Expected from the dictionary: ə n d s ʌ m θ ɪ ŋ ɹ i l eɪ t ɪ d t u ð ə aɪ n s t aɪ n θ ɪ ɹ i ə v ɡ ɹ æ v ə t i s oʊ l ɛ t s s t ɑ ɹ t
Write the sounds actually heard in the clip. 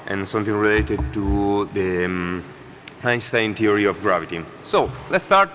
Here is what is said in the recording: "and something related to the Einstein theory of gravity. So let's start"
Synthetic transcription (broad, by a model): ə n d s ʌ m t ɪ ŋ ɹ i l eɪ t ɪ d t u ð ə aɪ s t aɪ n t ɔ ɹ i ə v ɡ ɹ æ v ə t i s oʊ l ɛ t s s t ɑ ɹ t